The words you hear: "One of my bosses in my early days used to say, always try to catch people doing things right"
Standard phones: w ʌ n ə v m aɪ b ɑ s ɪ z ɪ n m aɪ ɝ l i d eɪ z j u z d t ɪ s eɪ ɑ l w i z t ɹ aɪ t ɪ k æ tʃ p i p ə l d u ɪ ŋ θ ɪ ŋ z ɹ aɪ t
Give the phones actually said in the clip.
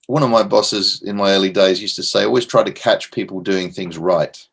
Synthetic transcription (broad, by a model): w ʌ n ə v m aɪ b ɑ s ɪ z ɪ n m aɪ ɝ l i d eɪ z j u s t ɪ s eɪ ɑ l w i z t ɹ aɪ t ɪ k æ tʃ p i p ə l d u ɪ ŋ θ ɪ ŋ z ɹ aɪ t